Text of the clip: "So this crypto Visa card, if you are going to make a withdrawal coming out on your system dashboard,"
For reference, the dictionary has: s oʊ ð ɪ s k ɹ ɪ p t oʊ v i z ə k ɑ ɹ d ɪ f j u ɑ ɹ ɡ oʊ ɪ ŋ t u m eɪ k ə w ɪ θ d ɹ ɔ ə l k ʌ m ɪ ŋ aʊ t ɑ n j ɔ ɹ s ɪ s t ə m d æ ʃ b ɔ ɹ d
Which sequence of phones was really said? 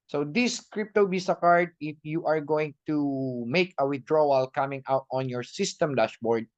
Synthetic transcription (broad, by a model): s oʊ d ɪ s k ɹ ɪ p t oʊ b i s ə k ɑ ɹ d ɪ f j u ɑ ɹ ɡ oʊ ɪ ŋ t u m eɪ k ə w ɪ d ɹ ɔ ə l k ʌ m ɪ ŋ aʊ t ɑ n j ɔ ɹ s ɪ s t ə m d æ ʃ b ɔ ɹ d